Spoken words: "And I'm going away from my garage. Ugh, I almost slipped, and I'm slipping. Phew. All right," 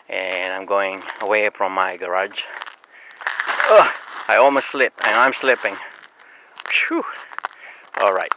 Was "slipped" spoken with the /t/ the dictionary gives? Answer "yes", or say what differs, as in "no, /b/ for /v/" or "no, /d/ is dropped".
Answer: no, /t/ is dropped